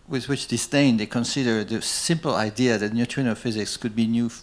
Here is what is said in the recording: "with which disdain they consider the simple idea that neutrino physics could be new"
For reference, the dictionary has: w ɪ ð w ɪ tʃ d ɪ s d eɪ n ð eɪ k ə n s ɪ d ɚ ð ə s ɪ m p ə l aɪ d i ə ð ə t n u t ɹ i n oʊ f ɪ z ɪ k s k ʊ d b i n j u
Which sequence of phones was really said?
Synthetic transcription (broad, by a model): w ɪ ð w ɪ tʃ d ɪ s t eɪ n ð eɪ k ə n s ɪ d ɚ ð ə s ɪ m p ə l aɪ d i ə ð ə t n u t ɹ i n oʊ f ɪ z ɪ k s k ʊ d b i n j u